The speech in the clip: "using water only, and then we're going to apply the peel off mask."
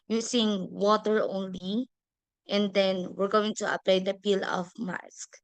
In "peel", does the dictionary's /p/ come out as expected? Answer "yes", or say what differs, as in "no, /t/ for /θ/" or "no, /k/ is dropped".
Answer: yes